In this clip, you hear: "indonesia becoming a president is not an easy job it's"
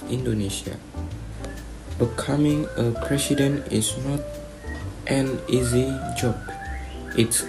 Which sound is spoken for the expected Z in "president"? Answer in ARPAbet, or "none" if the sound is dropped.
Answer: S